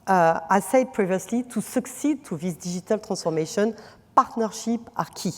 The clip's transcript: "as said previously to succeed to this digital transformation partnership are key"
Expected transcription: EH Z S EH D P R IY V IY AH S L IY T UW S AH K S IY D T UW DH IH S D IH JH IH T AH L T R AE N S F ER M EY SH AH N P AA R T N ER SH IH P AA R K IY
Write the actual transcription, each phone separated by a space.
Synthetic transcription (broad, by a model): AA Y S EH D P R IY V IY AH S L IY T UW S AH K S IY D T UW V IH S D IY ZH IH T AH L T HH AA S F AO M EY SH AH N P AA R T N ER SH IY P AA R K IY